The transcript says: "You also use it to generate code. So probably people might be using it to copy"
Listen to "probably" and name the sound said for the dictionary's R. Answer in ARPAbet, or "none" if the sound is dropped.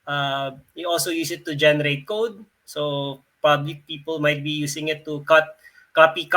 none